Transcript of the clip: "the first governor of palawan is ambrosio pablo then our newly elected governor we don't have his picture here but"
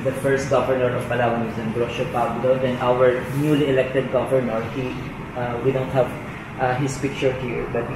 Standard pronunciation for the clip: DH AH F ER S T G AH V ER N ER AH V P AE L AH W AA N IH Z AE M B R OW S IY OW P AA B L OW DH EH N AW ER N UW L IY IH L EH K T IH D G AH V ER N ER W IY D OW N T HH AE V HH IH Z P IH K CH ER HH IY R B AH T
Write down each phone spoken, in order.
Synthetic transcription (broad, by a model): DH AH F ER S T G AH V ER N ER AH V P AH L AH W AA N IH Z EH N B R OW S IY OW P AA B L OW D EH N AW ER N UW L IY IH L EH K T IH D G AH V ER N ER W IY D OW N T HH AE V HH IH S P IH K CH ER HH IY R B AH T